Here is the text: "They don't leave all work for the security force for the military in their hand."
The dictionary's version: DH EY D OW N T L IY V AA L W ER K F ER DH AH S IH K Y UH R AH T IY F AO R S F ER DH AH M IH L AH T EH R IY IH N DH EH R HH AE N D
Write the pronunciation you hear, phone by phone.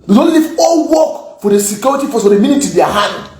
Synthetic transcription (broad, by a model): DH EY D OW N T L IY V AA L W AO K F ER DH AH S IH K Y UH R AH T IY F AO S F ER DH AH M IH N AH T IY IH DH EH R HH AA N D